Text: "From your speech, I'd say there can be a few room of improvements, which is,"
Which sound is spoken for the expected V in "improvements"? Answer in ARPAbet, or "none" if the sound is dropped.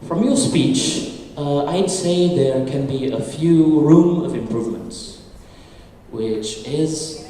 V